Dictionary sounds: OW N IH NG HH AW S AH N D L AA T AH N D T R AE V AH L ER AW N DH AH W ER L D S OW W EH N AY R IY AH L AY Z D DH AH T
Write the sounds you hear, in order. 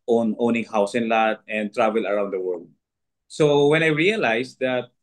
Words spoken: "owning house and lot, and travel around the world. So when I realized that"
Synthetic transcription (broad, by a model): OW N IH NG HH AW S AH N L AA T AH N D T R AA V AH L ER AW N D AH W ER L D S OW W EH N AY R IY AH L AY S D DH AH T